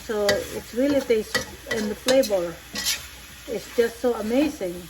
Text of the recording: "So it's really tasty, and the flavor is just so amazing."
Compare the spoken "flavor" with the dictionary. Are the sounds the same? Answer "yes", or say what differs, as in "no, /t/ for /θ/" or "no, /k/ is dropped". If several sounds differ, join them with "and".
no, /p/ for /f/ and /b/ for /v/